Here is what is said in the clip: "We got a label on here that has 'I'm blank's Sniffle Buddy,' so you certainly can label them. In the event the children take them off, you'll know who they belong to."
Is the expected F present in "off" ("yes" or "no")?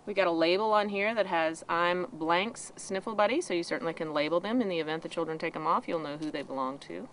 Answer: yes